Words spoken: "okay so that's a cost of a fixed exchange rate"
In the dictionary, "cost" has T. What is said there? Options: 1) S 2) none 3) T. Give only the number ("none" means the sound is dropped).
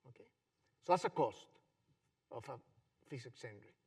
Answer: 3